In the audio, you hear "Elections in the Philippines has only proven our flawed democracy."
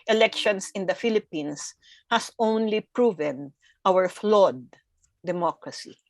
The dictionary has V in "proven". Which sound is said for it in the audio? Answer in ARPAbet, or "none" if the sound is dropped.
V